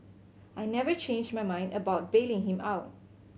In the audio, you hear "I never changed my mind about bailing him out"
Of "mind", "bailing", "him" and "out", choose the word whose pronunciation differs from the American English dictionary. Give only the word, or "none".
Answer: none